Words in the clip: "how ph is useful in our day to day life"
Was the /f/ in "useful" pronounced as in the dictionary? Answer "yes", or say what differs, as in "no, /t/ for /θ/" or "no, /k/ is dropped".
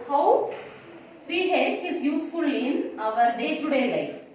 yes